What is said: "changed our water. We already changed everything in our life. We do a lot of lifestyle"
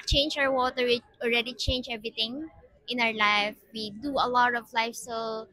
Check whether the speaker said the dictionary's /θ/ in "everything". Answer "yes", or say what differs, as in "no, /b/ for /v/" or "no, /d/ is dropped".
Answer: no, /t/ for /θ/